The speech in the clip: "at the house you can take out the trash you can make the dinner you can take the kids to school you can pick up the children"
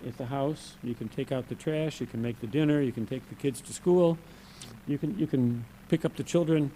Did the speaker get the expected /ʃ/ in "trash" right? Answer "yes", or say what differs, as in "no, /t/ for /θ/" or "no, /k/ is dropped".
yes